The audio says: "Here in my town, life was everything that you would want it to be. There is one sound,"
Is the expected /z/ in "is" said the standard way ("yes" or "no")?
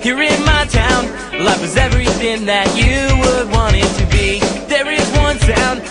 yes